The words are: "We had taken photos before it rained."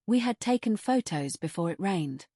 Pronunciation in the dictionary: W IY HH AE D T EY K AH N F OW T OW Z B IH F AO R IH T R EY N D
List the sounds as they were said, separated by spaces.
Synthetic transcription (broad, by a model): W IY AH D T EY K AH N F OW T OW Z B IH F AO R IH T R EY N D